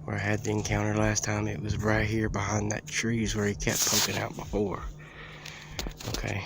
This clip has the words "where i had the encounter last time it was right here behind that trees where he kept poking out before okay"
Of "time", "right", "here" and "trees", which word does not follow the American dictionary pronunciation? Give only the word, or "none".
none